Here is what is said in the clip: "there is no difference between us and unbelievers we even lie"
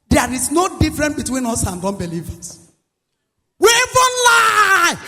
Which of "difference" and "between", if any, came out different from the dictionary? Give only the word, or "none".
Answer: difference